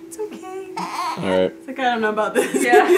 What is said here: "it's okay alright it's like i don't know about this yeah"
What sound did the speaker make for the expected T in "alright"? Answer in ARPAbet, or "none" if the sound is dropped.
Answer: none